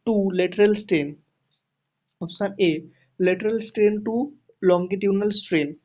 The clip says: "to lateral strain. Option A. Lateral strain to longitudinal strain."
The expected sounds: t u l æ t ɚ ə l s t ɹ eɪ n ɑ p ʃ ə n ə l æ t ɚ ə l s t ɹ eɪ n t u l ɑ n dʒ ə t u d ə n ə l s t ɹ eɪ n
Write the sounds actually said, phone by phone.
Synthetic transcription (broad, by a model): t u l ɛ t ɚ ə l s t ɹ eɪ n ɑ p s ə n ə l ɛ t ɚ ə l s t ɹ eɪ n t u l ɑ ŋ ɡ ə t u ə n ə l s t ɹ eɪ n